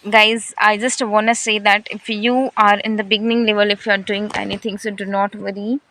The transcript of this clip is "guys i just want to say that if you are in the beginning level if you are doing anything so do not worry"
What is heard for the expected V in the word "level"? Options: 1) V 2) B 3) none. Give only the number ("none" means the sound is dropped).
1